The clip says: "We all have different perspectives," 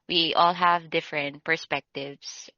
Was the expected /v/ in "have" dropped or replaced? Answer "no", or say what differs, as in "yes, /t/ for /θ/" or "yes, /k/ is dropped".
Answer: no